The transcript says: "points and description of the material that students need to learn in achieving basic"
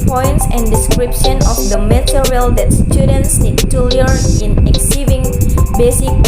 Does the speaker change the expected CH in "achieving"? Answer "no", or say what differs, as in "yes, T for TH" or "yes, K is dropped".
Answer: yes, S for CH